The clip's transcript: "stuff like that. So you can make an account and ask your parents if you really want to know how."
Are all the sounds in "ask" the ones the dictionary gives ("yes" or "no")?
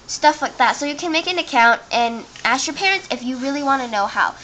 yes